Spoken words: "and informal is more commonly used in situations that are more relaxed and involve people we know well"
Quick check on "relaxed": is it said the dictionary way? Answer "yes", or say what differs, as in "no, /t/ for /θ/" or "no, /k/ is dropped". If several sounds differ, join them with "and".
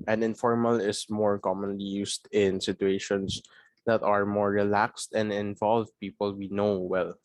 yes